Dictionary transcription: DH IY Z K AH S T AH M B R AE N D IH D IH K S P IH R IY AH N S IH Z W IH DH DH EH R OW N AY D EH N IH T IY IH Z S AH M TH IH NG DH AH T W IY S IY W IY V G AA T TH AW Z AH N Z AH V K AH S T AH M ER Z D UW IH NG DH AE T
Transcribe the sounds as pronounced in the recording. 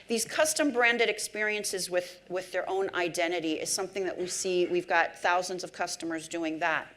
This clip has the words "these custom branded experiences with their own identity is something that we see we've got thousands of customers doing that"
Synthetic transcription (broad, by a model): DH IY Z K AH S T AH M B R AE N D IH D IH K S P IH R IY AH N S IH Z W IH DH DH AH R OW N AY D EH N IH T IY IH Z S AH M TH IH NG DH AH T W IY S IY W IY V G AA T TH AW Z AH N Z AH V K AH S T AH M ER Z D UW IH NG DH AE T